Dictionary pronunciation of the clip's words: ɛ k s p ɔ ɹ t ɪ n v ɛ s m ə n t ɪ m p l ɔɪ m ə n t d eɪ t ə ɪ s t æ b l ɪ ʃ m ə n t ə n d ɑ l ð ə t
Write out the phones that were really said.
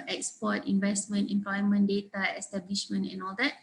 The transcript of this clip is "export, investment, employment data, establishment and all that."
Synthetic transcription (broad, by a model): ɛ k s p ɔ t ɪ n v ɛ s m ə n t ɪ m p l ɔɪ m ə n d eɪ t ə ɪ s t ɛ b l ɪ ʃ m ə n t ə n ɑ l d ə t